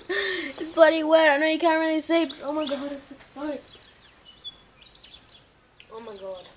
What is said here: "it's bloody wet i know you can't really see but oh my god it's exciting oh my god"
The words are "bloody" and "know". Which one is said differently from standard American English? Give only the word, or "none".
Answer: bloody